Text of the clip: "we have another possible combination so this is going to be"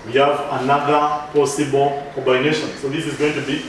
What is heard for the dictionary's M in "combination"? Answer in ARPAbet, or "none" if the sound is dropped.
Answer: none